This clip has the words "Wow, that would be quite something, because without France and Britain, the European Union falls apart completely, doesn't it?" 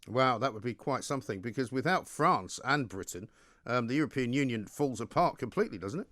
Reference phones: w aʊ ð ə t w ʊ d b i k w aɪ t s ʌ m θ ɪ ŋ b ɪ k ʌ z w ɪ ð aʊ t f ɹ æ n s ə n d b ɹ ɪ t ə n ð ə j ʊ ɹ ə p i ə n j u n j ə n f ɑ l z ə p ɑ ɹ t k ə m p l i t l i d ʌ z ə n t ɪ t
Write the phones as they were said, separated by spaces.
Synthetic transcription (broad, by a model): w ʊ ð ə t w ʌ d b i k w aɪ t s ʌ m θ ɪ ŋ b ɪ k ʌ z w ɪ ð aʊ t f ɹ æ n s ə n b ɹ ɪ t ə ð ə j ʊ ɹ ə p i ə n j u n j ə n f ɑ l z ə p ɑ ɹ t k ə m p l i t l i d ʌ z n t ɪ t